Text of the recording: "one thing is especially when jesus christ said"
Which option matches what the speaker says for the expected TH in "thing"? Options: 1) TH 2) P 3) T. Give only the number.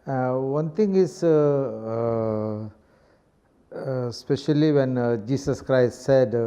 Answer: 3